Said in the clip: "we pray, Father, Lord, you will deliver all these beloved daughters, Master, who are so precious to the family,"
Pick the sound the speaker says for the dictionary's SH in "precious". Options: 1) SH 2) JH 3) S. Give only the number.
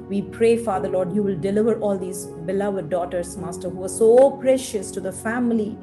1